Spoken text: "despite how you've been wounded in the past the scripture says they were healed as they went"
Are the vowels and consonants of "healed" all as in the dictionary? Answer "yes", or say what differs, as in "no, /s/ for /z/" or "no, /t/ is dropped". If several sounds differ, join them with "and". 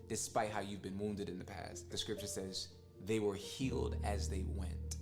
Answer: yes